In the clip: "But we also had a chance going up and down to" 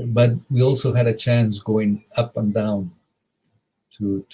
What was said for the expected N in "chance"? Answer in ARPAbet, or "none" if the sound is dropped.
N